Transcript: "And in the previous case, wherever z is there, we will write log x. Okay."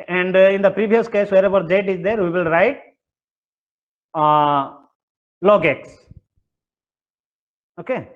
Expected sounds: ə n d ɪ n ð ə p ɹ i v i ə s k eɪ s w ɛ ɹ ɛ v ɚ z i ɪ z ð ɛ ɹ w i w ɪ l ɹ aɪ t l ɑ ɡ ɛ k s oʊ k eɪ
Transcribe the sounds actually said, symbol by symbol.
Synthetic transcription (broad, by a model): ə n d ɪ n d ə p ɹ i v i ə s k eɪ s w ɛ ɹ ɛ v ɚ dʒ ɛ ɪ z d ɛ ɹ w i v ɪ l ɹ aɪ t l ɑ ɡ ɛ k s oʊ k eɪ